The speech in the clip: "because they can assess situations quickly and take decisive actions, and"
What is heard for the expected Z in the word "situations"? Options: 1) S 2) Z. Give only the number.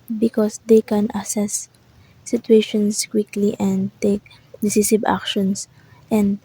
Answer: 1